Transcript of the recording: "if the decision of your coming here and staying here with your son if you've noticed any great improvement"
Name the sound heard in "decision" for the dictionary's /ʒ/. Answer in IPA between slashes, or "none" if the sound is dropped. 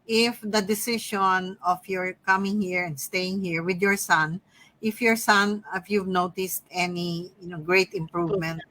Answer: /ʃ/